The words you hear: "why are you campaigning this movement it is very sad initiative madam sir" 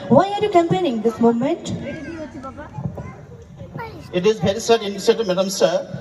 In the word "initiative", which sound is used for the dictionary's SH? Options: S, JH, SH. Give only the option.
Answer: S